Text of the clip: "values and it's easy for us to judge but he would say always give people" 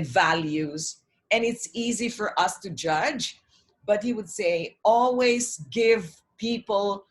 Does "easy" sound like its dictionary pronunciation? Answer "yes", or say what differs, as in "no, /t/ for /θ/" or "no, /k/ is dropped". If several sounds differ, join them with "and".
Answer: yes